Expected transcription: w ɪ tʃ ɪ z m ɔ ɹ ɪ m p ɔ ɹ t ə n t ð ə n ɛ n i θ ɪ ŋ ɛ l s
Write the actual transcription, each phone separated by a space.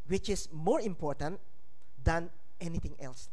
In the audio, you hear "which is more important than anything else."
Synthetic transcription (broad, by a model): w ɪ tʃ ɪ s m ɔ ɹ ɪ m p ɔ ɹ t ə n t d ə n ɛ n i t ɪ ŋ ɛ l s